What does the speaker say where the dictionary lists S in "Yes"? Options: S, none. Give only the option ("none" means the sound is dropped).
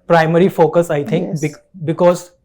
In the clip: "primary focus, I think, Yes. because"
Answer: none